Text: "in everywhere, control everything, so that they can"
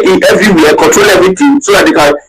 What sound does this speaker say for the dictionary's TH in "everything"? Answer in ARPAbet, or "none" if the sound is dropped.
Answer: T